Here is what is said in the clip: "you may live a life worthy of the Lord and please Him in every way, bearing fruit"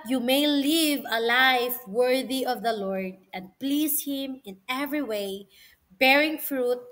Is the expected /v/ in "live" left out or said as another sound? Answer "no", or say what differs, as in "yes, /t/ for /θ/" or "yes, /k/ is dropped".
no